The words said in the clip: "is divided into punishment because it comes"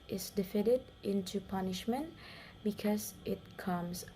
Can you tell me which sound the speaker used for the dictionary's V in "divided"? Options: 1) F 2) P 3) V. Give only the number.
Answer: 1